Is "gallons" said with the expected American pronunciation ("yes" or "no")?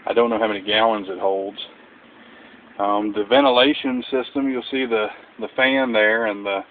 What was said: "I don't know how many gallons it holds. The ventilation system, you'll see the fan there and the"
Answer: yes